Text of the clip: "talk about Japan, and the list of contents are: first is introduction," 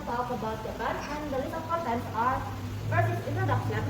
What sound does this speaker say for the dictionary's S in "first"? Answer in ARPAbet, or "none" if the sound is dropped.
none